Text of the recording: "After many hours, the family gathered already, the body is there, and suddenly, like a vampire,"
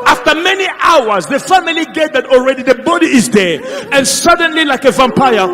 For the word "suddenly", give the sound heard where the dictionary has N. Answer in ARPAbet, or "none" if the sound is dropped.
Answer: N